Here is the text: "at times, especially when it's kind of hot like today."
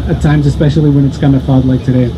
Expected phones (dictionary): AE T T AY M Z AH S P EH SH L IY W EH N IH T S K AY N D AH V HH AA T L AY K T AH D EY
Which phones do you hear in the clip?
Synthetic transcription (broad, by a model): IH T T AY M Z AH S P EH SH L IY W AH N IH T S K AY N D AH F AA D L AY K T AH D EY